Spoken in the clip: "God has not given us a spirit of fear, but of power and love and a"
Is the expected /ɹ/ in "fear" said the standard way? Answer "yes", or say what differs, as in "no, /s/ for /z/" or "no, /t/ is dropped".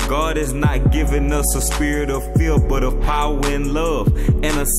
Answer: no, /l/ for /ɹ/